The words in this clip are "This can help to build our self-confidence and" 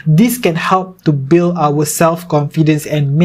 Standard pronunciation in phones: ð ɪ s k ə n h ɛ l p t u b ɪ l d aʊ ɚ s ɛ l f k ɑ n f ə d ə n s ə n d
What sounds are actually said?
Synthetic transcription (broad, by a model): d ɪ s k ə n h ɛ l p t u b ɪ l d aʊ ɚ s ɛ l f k ɑ n f ə d ə n s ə n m